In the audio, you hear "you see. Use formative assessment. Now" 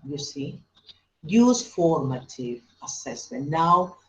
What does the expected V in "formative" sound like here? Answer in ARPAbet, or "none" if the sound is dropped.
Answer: V